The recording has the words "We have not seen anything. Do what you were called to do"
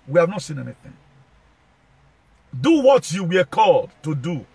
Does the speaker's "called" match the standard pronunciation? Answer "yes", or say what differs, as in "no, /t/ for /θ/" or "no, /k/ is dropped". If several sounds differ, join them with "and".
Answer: yes